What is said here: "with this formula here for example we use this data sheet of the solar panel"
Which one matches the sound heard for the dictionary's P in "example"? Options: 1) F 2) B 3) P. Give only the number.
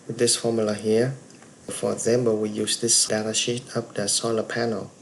2